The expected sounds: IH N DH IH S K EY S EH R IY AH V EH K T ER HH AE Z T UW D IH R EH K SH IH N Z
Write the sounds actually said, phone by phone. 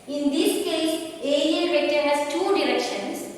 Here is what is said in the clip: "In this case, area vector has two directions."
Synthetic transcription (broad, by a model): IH N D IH S K EY S EH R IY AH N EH T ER HH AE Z T UW D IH R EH K SH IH N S